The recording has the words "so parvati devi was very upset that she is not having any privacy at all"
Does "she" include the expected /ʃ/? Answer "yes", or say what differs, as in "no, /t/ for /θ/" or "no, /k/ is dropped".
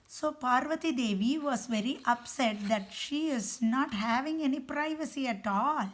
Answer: yes